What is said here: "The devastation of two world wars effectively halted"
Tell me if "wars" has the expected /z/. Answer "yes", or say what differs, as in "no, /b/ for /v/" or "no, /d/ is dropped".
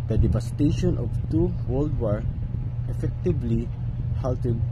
no, /z/ is dropped